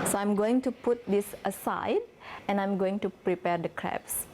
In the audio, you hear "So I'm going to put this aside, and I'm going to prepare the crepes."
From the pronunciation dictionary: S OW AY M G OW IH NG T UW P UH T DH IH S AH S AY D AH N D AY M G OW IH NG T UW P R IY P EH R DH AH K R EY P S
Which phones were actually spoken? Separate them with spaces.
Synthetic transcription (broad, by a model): S OW AY M G OW IH NG T UW P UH T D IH S AH S AY D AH N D AY M G OW IH NG T UW P R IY P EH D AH K R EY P S